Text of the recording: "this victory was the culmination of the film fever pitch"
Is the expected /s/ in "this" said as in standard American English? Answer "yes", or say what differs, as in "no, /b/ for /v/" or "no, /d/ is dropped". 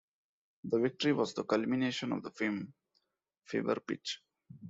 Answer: no, /s/ is dropped